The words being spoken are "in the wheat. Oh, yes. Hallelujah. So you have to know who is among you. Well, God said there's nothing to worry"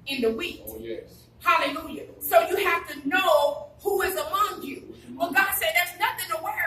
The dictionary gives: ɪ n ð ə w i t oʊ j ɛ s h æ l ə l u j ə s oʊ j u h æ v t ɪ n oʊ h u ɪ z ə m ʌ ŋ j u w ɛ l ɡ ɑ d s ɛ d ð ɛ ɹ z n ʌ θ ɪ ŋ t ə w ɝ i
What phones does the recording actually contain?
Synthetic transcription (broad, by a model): ɪ n ð ə w i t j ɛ h æ l ə l u j ə s oʊ j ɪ h æ f t ɪ n oʊ h u ɪ z ə m ʌ ŋ j u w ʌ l ɡ ɑ d s ɛ d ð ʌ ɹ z n ʌ θ ɪ ŋ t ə w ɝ